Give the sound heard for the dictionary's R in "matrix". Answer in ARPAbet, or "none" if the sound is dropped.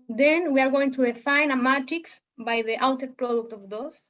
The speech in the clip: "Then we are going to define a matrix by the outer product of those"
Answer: none